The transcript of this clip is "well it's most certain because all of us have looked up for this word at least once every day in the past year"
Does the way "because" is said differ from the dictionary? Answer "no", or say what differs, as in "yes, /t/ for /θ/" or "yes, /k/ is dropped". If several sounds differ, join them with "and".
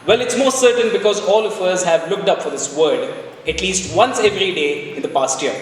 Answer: no